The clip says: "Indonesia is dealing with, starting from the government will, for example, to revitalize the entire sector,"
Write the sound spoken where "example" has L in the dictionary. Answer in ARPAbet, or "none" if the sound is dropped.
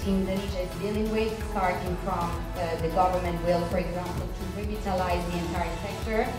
N